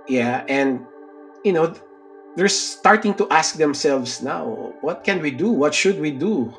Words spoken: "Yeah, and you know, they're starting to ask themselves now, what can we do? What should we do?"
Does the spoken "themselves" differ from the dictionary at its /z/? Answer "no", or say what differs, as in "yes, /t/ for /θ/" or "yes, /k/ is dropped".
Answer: yes, /s/ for /z/